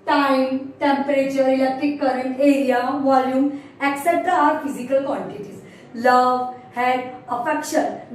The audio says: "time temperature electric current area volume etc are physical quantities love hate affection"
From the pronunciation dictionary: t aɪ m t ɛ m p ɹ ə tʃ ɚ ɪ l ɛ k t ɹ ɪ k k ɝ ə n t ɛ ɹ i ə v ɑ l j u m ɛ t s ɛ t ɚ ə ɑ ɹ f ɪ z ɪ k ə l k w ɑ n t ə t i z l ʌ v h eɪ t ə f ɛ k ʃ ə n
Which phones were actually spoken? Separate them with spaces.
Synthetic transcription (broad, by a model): t aɪ m t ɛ m p ɹ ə tʃ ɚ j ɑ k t ɪ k k ɝ ə n t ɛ ɹ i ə v ɑ l j u m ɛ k s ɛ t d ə ɑ ɹ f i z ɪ k ə l k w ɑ n t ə t i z l ʌ v h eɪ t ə f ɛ k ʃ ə n